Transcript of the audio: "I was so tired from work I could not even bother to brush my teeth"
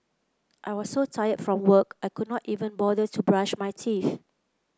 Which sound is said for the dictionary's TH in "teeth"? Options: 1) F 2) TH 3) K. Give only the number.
1